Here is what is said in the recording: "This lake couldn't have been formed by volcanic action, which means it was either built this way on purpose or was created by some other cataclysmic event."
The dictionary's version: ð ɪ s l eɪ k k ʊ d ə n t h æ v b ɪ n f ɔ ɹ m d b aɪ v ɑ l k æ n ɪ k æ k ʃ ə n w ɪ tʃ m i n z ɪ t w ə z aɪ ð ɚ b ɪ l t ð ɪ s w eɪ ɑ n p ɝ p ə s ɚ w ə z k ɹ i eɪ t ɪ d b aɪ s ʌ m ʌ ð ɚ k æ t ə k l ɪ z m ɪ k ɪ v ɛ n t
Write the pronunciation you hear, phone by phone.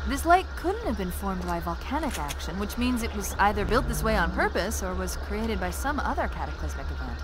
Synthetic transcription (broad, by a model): ð ɪ s l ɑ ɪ k ʊ d n t h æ v b ɪ n f ɔ ɹ m d b aɪ v ɑ l k æ n ɪ k æ k ʃ ə n w ɪ tʃ m i n z ɪ t w ə z aɪ ð ɚ b ɪ l t ð ɪ s w eɪ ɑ n p ɝ p ə s ɚ w ə z k ɹ i eɪ t ɪ d b aɪ s ʌ m ʌ ð ɚ k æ t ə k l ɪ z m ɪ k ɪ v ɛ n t